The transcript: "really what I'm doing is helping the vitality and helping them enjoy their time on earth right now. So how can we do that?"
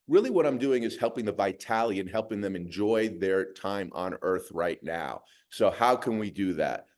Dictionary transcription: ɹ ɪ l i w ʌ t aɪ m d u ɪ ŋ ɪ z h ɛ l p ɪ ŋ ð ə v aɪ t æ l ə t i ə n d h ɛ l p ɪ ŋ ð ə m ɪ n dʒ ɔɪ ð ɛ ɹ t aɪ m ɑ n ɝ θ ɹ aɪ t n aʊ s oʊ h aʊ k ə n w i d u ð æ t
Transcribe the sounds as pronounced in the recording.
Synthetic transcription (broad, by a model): ɹ ɪ l i w ʌ t aɪ m d u ɪ ŋ ɪ z h ɛ l p ɪ ŋ ð ə v aɪ t æ l ə t i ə n h ɛ l p ɪ ŋ ð ə m ɪ n dʒ ɔɪ ð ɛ ɹ t aɪ m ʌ n ɝ θ ɹ aɪ t n aʊ s oʊ h aʊ k ə n w i d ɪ ð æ t